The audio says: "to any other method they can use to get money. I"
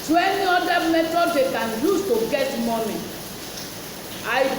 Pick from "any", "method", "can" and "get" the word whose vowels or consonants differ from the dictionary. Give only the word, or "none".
method